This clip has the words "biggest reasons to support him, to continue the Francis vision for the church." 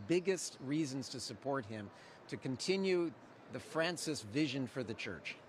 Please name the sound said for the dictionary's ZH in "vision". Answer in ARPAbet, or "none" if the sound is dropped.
ZH